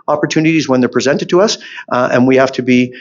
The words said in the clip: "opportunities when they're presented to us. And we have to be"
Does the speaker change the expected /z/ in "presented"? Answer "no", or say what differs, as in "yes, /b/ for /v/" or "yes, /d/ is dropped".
no